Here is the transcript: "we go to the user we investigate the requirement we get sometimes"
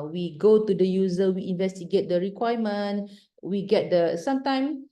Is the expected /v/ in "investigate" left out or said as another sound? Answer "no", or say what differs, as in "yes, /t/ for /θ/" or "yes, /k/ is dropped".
no